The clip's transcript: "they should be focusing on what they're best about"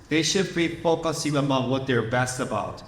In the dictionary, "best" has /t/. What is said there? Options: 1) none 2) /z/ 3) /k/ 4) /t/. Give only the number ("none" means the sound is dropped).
4